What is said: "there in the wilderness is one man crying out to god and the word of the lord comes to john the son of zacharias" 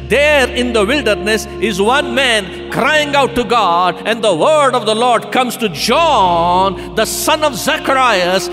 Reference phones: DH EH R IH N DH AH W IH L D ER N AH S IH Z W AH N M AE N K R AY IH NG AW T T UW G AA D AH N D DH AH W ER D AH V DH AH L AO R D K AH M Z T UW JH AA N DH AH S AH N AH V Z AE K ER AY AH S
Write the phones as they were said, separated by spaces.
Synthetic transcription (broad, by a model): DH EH R IH N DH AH W IH L D ER N AH S IH Z W AH N M AE N K R AY IH NG AW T T UW G AA D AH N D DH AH W ER D AH V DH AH L AO R D K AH M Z T UW JH AA N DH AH S AH N AH V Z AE K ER AY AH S